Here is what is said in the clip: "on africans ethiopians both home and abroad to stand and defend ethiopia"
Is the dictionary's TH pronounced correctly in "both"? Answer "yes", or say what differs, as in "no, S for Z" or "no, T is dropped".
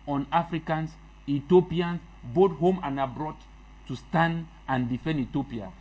no, T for TH